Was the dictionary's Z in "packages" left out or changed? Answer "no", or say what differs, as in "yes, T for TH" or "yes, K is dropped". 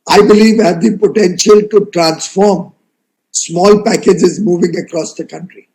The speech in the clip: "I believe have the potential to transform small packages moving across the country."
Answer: no